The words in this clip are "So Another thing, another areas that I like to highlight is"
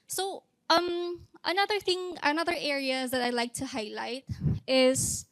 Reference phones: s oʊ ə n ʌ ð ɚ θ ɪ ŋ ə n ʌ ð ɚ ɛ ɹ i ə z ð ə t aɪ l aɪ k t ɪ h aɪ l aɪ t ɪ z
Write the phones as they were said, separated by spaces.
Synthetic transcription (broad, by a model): s oʊ ə n ʌ ð ɚ θ ɪ ŋ ə n ʌ ð ɚ ɛ ɹ i ə z ð ə t aɪ l aɪ k t ɪ h aɪ l aɪ t ɪ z